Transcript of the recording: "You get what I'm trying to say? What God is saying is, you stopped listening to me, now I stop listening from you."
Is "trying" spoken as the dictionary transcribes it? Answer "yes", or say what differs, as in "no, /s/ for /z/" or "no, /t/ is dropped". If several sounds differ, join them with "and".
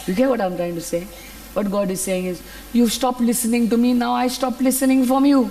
yes